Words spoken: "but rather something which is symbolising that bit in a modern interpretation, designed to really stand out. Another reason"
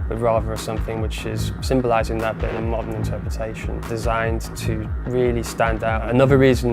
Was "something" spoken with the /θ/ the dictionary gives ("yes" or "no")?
yes